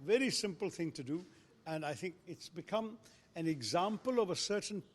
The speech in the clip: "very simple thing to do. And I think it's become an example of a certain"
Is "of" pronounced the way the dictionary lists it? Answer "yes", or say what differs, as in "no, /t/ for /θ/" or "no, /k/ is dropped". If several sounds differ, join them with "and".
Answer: yes